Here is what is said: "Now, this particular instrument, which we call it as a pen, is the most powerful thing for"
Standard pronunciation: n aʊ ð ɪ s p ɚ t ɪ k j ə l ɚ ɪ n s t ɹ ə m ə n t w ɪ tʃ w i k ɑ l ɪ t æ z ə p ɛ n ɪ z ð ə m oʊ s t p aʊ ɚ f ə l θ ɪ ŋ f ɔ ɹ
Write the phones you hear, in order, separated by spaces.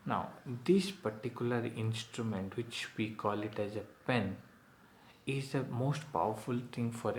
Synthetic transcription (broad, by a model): n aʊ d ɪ s p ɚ t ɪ k j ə l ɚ ɪ n s t ɹ ə m ə n t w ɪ tʃ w i k ɑ l ɪ t æ z ə p ɛ n ɪ z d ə m oʊ s t p aʊ ɚ f ə l t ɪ ŋ f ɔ ɹ